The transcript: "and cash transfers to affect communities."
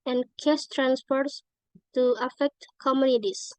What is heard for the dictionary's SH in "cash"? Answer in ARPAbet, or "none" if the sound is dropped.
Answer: S